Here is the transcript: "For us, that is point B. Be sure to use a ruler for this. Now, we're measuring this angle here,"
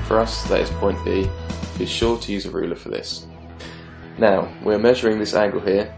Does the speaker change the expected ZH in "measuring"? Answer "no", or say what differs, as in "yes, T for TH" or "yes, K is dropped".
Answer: no